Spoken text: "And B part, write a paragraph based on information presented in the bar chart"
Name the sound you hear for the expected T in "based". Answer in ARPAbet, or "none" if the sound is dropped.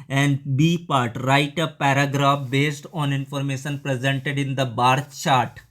T